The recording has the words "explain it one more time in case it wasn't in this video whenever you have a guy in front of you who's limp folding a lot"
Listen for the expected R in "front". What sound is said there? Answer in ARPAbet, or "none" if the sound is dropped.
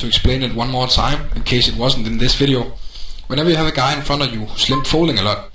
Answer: none